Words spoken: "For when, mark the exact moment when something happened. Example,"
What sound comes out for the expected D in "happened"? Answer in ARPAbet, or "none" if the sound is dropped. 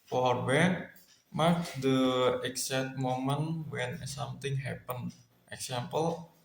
none